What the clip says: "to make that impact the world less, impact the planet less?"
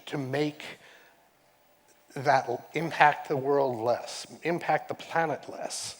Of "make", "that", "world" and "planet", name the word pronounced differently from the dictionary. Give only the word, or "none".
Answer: none